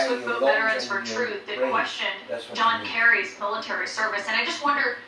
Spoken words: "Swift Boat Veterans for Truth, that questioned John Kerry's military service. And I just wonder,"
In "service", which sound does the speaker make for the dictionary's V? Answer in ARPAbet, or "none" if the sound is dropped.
V